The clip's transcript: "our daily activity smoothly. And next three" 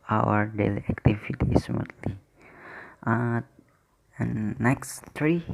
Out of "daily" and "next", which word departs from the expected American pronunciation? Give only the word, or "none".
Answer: none